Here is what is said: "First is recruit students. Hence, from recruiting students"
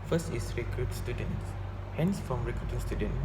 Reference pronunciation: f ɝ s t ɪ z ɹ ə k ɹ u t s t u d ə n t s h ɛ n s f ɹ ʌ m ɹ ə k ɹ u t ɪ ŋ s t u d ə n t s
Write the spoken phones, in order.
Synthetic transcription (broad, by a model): f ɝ s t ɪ s ɹ ə k ɹ u t s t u d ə n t s h ɛ n s f ɹ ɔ m ɹ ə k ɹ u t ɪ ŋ s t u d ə n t